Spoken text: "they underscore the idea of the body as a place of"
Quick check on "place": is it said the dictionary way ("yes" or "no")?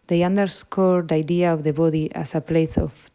no